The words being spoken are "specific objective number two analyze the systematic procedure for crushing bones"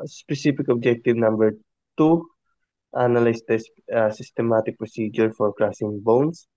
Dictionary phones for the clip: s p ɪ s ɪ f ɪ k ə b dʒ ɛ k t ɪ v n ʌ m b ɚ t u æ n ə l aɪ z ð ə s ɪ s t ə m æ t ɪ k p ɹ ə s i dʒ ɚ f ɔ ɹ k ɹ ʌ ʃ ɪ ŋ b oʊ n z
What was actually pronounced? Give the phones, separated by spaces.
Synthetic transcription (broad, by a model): s p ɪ s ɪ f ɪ k ə b dʒ ɛ k t ɪ v n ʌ m b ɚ t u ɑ n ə l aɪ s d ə s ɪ s t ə m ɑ t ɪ k p ɹ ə s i dʒ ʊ f ɔ ɹ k ɹ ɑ s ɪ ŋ b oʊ n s